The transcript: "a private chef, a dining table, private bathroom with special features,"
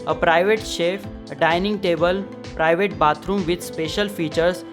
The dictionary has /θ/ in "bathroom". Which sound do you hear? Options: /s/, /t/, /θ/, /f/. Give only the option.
/t/